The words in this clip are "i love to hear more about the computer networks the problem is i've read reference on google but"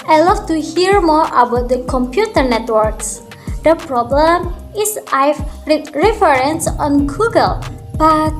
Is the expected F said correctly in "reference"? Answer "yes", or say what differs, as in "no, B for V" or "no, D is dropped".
no, F is dropped